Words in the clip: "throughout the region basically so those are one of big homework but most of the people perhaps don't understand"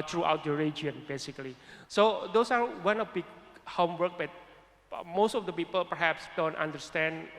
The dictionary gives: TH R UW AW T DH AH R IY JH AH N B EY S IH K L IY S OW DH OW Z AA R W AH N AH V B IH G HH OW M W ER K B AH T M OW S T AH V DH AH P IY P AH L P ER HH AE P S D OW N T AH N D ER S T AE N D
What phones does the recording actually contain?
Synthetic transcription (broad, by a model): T R UW AW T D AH R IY JH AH N B EY S IH K L IY S OW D OW S AA R W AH N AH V B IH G HH OW M W ER K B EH T M OW S T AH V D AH P IY P AH L P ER HH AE P S D OW N T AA N D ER S T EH N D